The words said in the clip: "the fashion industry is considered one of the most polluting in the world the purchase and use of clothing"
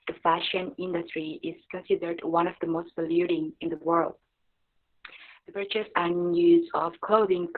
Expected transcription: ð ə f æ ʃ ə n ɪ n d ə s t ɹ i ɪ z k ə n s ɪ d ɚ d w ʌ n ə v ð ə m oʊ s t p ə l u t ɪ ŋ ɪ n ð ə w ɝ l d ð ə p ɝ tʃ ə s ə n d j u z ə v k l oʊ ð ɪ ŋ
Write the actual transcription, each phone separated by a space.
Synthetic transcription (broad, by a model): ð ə f æ ʃ ə n ɪ n d ə s t ɹ i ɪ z k ə n s ɪ d ɚ d w ʌ n ə v ð ə m oʊ s t b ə l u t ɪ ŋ ɪ n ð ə w ɝ l d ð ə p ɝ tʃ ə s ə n j u z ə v k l oʊ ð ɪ ŋ